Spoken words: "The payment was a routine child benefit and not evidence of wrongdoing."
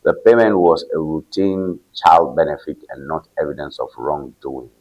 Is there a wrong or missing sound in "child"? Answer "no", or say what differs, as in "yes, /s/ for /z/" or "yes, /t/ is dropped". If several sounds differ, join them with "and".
no